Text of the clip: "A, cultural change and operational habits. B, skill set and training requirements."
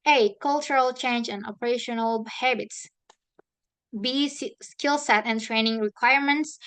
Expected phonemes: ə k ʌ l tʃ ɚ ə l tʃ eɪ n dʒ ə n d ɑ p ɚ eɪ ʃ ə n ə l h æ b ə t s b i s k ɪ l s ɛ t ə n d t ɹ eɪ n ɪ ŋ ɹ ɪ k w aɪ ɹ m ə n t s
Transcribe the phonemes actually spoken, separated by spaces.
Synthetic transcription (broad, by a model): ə k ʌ l tʃ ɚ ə l tʃ eɪ n dʒ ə n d ɑ p ɚ eɪ ʃ ə n ə l h æ b ə t s b i s k ɪ l s ɛ t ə n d t ɹ eɪ n ɪ ŋ ɹ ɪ k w aɪ ɹ m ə n t s